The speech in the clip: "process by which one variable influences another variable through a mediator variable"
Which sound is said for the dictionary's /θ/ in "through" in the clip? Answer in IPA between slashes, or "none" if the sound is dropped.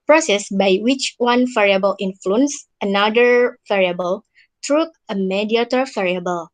/t/